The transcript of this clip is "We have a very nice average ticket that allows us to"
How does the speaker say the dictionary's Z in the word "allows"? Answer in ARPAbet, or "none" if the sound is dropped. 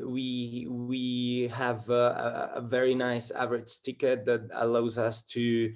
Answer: Z